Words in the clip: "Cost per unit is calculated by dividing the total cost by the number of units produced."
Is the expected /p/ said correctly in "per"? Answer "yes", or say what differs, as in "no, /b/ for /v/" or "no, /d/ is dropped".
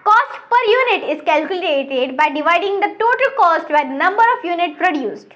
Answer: yes